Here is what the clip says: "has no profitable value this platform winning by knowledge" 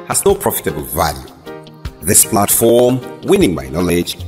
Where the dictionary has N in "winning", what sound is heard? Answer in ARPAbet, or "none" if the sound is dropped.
N